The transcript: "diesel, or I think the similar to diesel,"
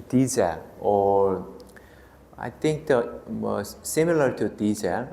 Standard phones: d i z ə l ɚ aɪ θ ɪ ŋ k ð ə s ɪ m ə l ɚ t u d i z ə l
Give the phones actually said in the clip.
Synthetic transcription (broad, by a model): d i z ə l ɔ aɪ t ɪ ŋ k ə s ɪ m ə l ɚ t u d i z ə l